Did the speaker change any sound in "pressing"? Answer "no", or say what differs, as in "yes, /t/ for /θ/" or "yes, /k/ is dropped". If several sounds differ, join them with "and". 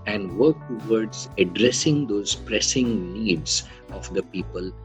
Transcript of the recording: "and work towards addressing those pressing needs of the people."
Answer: no